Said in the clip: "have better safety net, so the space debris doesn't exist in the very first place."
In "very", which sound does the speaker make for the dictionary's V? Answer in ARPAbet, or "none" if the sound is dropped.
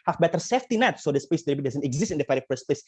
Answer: F